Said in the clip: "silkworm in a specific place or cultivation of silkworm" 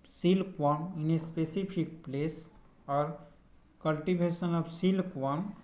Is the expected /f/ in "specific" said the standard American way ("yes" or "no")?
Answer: no